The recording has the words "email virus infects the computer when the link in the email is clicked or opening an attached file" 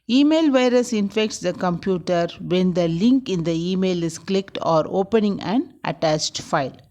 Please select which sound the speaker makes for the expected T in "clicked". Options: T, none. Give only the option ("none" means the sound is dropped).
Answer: T